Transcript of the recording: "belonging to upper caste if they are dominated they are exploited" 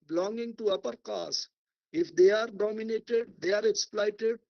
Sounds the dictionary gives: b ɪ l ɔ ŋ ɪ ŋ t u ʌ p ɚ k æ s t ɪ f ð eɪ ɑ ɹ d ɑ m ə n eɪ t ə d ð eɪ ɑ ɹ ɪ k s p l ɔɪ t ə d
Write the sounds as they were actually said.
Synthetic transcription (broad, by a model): b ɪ l ɔ ŋ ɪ ŋ t u ʌ p ɚ k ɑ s ɪ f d eɪ ɑ ɹ d ɑ m ə n eɪ t ə d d eɪ ɑ ɹ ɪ k s p l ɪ t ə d